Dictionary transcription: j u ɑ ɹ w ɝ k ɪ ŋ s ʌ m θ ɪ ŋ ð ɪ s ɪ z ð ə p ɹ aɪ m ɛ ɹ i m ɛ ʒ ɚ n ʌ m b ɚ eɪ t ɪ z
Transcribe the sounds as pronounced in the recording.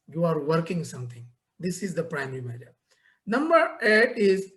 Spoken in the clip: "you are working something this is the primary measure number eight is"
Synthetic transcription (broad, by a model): j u ɑ ɹ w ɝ k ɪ ŋ s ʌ m t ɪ ŋ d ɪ s ɪ z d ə p ɹ aɪ m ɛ ɹ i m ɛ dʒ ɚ n ʌ m b ɚ eɪ t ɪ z